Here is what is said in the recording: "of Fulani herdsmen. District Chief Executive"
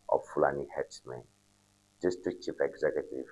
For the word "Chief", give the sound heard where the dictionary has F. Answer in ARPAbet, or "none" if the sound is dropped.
P